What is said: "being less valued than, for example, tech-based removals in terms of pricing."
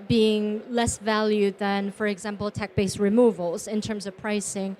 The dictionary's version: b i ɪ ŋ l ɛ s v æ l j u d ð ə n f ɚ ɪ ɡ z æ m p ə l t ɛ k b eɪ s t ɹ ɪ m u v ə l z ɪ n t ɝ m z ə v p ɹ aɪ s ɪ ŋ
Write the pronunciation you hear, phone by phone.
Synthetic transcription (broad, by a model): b i ɪ ŋ l ɛ s v æ l j u d ð ə n f ɚ ɪ ɡ z æ m p ə l t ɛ k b eɪ s ɹ ɪ m u v ə l z ɪ n t ɝ m z ə v p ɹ aɪ s ɪ ŋ